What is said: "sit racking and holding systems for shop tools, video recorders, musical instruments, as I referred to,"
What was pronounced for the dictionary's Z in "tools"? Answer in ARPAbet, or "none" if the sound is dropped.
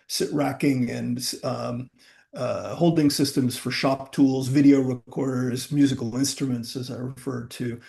Z